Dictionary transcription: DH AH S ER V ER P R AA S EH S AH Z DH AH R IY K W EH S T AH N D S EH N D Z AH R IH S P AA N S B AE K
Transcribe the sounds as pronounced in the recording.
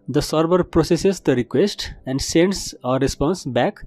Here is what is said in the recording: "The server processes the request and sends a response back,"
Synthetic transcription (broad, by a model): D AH S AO B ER P R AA S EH S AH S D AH R IY K W EH S T AH N D S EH N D S AH R IH S P AA N S B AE K